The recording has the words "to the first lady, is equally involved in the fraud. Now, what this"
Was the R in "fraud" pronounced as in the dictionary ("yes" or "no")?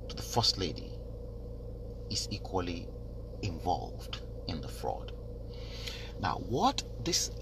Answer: yes